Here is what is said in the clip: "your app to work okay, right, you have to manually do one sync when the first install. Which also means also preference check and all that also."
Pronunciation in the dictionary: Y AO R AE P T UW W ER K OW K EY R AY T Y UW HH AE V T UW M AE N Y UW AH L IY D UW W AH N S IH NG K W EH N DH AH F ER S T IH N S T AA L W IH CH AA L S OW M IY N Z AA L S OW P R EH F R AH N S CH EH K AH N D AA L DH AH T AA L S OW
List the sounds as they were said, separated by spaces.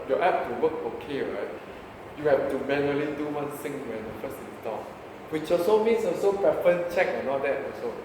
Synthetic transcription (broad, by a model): Y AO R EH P T UW W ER K OW K EY R AY T Y UW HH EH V T UW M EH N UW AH L IY D UW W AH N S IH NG W EH N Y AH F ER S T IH S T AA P W IH CH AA S OW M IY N S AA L S OW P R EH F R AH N CH EH K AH N AA L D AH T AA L S OW